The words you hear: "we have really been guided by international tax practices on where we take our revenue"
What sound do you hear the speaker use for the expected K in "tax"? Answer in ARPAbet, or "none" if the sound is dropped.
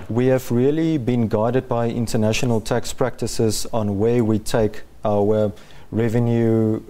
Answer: K